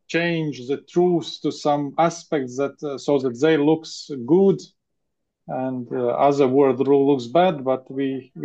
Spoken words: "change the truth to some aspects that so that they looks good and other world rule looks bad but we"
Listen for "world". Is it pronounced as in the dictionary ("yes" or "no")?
no